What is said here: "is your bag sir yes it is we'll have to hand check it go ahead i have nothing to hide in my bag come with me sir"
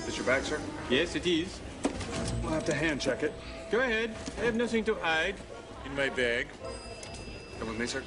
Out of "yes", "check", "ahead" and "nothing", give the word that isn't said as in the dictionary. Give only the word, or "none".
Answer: none